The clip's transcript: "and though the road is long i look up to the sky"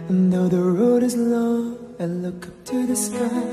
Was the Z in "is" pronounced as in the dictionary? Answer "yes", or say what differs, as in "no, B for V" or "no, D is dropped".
yes